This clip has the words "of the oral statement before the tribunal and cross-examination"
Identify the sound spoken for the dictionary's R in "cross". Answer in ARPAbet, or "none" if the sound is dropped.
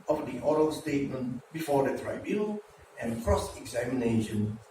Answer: R